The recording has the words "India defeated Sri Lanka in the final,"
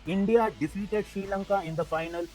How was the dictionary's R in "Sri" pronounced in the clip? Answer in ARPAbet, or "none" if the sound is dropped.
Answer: none